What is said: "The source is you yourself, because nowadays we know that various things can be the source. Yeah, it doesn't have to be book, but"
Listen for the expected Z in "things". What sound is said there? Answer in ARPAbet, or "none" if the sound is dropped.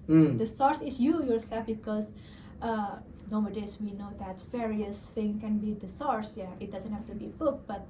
none